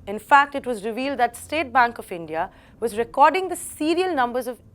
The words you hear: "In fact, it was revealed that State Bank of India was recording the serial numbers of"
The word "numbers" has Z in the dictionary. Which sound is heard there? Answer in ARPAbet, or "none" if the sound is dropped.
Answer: Z